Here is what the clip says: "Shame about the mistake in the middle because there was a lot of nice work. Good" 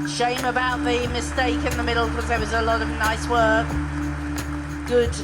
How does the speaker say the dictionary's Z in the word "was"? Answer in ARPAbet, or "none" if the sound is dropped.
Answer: Z